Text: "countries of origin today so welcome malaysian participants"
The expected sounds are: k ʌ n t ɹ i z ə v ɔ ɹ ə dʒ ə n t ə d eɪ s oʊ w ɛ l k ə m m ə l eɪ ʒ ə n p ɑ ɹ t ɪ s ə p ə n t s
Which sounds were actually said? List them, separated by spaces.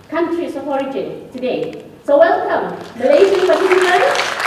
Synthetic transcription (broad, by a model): k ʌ n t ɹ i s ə p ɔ ɹ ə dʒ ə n t ə d eɪ s oʊ w ɛ l k ə m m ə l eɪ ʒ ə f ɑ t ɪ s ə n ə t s